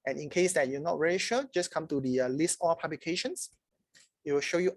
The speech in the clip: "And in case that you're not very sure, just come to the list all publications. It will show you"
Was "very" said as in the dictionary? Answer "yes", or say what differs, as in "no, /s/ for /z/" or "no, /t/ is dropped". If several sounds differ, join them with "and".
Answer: no, /l/ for /ɹ/